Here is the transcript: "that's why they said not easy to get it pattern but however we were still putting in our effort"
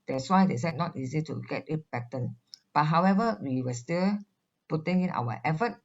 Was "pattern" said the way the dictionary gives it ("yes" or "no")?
no